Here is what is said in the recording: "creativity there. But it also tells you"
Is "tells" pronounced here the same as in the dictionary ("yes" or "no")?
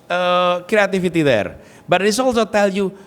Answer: no